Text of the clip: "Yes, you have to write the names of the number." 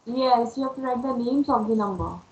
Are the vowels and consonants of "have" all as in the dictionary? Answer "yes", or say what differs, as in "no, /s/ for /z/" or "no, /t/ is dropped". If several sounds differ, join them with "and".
no, /p/ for /v/